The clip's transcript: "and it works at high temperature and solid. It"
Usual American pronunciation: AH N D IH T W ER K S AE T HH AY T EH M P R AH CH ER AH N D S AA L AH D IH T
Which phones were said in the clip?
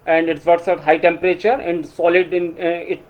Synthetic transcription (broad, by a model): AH N D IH T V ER S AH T HH AY T EH M P R AH CH ER AH N D S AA L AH D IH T